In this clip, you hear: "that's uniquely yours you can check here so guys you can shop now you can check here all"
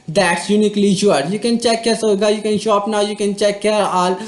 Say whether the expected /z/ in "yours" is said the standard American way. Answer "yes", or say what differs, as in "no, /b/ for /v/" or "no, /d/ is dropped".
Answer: no, /z/ is dropped